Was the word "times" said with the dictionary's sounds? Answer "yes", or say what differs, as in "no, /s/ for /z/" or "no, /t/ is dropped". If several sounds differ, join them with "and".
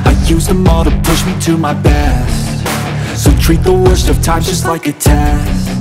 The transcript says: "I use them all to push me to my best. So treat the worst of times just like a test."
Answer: no, /z/ is dropped